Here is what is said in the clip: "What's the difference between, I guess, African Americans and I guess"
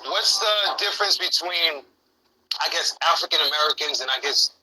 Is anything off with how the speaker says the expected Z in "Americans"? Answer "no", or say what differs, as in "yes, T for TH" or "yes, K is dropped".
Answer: no